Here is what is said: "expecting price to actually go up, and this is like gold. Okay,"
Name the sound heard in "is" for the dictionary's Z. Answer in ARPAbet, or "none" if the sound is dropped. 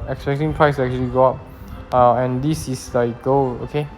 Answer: S